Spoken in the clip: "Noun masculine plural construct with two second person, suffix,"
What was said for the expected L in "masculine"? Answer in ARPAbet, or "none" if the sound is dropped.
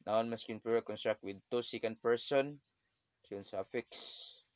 none